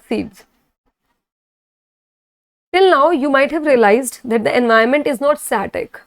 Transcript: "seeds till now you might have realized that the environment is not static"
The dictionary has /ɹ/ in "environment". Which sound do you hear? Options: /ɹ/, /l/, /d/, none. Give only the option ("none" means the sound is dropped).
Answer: none